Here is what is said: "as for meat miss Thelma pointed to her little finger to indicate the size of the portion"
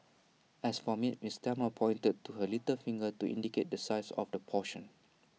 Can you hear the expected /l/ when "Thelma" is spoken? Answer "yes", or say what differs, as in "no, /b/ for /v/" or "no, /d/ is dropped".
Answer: no, /l/ is dropped